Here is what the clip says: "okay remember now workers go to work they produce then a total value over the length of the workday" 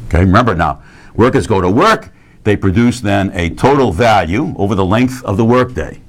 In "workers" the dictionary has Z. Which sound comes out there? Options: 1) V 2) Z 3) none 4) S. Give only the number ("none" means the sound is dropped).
2